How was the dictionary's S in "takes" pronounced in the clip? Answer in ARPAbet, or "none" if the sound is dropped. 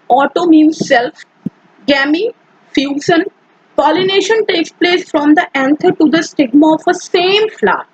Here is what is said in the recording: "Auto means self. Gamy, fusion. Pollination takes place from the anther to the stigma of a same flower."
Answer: S